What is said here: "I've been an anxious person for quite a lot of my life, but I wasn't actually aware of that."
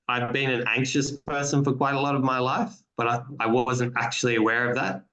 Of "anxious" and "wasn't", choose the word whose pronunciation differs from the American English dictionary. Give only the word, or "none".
none